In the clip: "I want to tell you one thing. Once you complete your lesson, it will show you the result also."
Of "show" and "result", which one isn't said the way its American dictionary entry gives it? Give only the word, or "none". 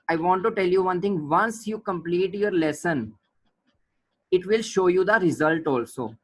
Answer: none